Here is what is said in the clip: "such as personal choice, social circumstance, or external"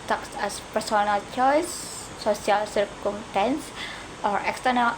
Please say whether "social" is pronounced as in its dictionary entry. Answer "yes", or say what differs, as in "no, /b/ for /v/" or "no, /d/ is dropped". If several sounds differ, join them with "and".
no, /ʃ/ is dropped